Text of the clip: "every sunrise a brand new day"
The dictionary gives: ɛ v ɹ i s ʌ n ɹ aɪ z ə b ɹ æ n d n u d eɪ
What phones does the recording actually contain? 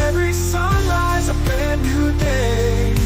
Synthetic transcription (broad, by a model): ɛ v ɹ i s ʌ n ɹ aɪ z ə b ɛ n n u d eɪ